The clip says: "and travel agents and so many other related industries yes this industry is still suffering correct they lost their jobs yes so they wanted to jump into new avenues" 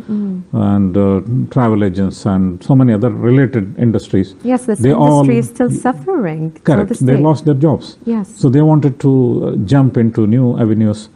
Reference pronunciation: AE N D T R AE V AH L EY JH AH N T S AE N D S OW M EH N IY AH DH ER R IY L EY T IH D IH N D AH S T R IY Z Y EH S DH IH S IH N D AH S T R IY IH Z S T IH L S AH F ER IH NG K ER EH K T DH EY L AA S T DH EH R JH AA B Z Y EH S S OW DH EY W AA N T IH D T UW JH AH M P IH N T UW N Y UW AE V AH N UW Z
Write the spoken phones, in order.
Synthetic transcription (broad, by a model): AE N D T R AE V AH L EY JH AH N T S AE N D S OW M EH N IY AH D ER R IY L EY T IH D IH N D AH S T R IY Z Y EH S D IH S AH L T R IY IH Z S T IH L S AH F ER IH NG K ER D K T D EY L AA S T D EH R JH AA B S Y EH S S OW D EY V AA N T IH D T UW JH AH M P IH N T UW N Y UW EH V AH N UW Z